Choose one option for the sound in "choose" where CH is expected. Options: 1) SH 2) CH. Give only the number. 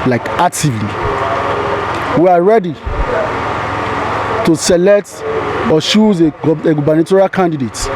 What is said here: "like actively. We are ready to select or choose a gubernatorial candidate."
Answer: 1